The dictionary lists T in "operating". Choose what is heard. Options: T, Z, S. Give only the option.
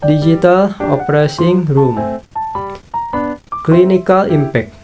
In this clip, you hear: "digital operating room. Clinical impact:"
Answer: S